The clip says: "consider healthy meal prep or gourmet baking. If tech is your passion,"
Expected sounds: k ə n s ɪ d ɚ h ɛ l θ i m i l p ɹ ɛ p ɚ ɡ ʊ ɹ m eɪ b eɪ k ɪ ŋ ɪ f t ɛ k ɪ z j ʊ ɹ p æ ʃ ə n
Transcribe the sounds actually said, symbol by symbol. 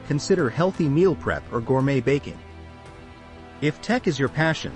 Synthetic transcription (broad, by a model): k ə n s ɪ d ɚ h ɛ l θ i m i l p ɹ ɛ p ɚ ɡ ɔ ɹ m eɪ b eɪ k ɪ ŋ ɪ f t ɛ k ɪ z j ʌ ɹ p æ ʃ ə n